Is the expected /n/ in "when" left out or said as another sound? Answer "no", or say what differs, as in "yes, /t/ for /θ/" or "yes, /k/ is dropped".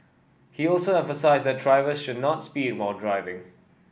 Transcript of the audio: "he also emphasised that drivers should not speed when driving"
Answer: yes, /l/ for /n/